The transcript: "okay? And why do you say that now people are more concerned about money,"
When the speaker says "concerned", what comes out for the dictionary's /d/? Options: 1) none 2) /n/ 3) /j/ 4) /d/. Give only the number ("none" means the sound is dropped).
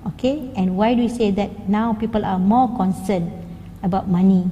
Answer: 1